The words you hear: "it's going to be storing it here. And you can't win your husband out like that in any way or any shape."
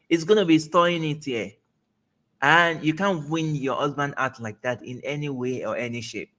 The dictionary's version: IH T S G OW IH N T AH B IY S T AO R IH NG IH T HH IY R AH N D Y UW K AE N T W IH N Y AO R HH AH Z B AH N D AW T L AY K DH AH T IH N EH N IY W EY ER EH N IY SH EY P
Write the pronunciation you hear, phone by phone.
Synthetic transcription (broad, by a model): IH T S G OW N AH B IY S T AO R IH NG IH T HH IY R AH N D Y UW K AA N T W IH N Y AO HH AH Z B AH N D AW T L AY K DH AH T IH N EH N IY W EY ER EH N IY SH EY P